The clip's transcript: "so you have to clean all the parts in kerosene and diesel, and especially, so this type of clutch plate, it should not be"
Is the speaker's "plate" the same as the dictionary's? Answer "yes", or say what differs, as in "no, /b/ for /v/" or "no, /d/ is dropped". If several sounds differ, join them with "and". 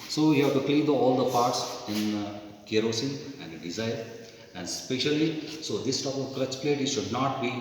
yes